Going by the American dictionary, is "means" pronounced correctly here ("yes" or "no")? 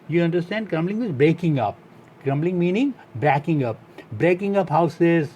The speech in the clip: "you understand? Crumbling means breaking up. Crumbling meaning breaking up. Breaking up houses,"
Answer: no